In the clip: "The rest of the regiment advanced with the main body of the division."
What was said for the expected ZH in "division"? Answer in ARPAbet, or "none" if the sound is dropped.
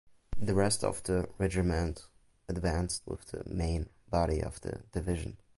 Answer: ZH